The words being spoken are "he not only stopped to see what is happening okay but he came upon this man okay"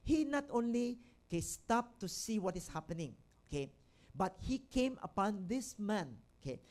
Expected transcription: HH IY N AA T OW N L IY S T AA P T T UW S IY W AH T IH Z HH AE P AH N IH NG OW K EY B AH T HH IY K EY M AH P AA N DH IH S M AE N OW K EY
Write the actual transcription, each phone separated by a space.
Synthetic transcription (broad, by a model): HH IY N AA T OW N L IY S T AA P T T UW S IY W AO T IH S HH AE P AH N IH NG OW K EY B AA T HH IY K EY M AH P AA N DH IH S M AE N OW K EY